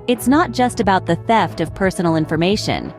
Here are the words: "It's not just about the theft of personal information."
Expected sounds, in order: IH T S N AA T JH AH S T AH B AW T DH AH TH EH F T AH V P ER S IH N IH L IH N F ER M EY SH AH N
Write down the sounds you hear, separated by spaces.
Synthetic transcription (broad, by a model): IH T S N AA T JH AH S T AH B AW T DH AH TH EH F T AH V P ER S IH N L IH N F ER M EY SH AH N